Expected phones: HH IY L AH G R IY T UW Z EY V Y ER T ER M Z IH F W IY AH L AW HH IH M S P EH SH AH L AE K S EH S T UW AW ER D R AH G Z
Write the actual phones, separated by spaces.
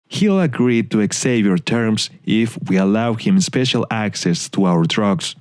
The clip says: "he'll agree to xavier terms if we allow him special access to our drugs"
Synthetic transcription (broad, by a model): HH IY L AH G R IY T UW S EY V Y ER T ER M S IH F W IY AH L AW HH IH M S P EH SH AH L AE K S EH S T UW AW ER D R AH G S